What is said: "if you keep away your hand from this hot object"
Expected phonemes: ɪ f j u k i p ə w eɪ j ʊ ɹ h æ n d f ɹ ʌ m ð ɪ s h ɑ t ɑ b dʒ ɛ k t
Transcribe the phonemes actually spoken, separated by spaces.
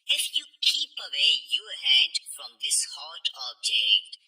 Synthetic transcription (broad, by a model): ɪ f j u k i p ə w eɪ j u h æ d f ɹ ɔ m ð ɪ s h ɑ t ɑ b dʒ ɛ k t